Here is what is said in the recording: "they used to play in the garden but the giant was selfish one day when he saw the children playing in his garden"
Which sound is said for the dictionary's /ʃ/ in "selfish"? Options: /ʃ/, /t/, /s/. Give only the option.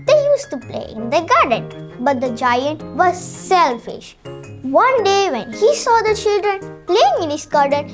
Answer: /ʃ/